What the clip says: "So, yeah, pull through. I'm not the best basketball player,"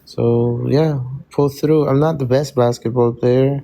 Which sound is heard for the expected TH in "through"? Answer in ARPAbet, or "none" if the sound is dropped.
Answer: TH